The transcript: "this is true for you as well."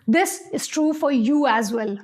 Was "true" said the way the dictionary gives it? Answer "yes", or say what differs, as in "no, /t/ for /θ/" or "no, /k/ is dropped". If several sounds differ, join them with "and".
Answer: yes